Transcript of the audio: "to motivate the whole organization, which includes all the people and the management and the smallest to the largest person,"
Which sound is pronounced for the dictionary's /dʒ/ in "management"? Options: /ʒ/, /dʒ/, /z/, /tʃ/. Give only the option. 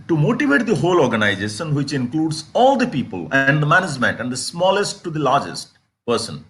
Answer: /dʒ/